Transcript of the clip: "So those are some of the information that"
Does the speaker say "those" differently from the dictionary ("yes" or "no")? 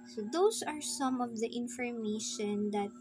yes